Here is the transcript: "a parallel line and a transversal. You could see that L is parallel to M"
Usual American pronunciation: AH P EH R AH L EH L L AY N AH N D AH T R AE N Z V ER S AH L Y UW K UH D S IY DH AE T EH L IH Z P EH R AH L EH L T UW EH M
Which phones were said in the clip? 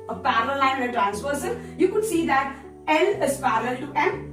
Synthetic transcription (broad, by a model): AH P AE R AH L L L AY AH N AH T R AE N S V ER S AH N Y UW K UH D S IY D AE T EH L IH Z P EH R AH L L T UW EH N